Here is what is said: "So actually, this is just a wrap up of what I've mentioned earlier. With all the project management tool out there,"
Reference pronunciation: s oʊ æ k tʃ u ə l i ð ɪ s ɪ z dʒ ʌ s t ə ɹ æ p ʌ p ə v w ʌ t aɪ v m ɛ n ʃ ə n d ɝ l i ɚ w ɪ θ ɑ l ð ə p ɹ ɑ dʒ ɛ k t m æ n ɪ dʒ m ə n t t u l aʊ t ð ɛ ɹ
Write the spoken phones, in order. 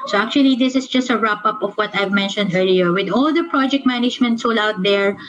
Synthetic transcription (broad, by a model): s oʊ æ k tʃ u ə l i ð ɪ s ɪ s dʒ ʌ s t ə ɹ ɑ p ʌ p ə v w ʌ t aɪ v m ɛ n ʃ ə n d ɝ l i ɚ w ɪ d ɑ l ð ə p ɹ ɑ dʒ ɛ k t m æ n ɪ dʒ m ə n t s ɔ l aʊ t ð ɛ ɹ